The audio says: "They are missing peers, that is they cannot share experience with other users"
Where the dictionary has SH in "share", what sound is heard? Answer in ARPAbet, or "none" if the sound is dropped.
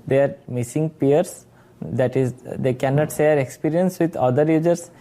S